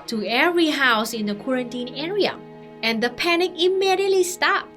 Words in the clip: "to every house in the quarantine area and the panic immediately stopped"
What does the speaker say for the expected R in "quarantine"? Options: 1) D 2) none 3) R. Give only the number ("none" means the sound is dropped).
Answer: 3